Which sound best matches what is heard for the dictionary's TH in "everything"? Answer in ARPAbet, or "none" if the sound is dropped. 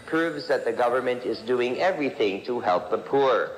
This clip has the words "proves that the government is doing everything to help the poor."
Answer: TH